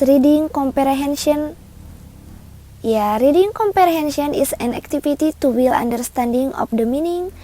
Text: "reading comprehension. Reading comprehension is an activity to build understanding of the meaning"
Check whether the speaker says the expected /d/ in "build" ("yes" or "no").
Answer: no